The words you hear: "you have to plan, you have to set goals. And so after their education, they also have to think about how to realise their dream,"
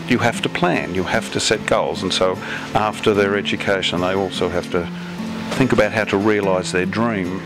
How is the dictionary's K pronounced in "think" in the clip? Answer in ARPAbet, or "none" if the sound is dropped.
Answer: K